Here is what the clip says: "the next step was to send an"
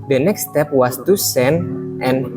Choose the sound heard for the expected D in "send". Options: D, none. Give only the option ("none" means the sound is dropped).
none